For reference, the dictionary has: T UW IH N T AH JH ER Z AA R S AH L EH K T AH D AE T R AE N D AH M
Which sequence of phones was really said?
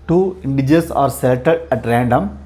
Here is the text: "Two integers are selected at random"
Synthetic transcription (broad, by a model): T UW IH N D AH JH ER S AA R S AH EH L T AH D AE T R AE N D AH M